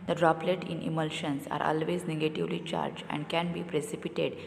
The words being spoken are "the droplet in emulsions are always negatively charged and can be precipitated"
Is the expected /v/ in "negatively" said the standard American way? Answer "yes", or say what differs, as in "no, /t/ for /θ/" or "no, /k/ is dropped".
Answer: yes